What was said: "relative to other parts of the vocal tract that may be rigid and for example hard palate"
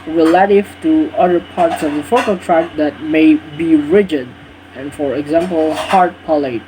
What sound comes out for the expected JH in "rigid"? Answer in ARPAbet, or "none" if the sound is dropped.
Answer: JH